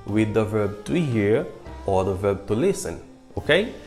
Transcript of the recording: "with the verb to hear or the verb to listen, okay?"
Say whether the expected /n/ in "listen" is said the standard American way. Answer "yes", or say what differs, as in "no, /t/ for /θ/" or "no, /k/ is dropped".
yes